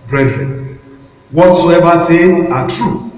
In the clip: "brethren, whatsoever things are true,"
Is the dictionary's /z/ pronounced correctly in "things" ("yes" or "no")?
no